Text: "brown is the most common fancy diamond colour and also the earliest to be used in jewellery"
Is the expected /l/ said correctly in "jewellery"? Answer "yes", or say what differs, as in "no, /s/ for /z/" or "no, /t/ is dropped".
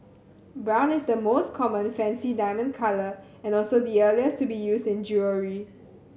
no, /l/ is dropped